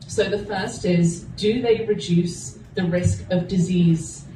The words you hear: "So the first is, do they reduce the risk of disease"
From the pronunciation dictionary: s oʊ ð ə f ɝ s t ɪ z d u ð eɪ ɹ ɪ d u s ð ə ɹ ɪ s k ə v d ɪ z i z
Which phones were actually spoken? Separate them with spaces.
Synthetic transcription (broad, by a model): s oʊ ð ə f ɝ s t ɪ z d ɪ ð eɪ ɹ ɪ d u s ð ə ɹ ɪ s k ə v d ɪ z i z